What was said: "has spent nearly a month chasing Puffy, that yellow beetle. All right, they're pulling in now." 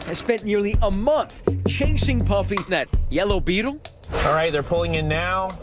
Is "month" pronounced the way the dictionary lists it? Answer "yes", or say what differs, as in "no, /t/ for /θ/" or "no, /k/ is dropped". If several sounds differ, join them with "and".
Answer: yes